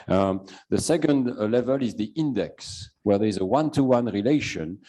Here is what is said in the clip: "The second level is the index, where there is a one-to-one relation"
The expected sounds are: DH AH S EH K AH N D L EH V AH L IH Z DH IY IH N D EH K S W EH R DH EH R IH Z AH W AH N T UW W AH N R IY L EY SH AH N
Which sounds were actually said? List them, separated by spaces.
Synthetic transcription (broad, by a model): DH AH S EH K AH N D L EH V AH L IH Z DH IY IH N D EH K S W EH R DH EH R IH Z AH W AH N T UW W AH N R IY L EY SH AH N